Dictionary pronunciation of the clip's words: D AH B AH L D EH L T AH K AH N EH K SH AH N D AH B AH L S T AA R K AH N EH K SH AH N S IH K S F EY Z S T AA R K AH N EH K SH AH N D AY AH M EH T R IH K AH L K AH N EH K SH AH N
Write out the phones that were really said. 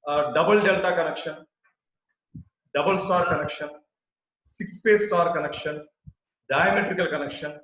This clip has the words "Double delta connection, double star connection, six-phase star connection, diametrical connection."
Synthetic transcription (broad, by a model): D AH B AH L D EH L T AH K AH N EH K SH AH N D AH B AH L S T AA R K AH N EH K SH AH N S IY K S P EY S T AA R K AH N EH K SH AH N D AY AH M EH T R IH K AH L K AH N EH K SH AH N